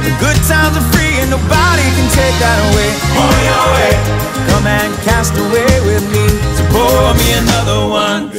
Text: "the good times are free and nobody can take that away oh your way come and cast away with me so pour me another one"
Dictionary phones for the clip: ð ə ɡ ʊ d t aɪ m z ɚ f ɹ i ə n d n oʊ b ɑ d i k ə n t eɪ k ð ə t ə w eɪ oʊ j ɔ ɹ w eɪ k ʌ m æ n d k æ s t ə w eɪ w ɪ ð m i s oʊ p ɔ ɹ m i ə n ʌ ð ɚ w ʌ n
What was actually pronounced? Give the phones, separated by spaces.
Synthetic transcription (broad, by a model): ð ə ɡ ʊ d s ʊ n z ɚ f ɹ i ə n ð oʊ b ɑ d i k ə n t eɪ k ð ə t ə w eɪ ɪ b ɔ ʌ w eɪ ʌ m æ n k æ s t ə w eɪ w ɪ ð m i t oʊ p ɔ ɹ m i ə n ʌ ð ɚ w ʌ n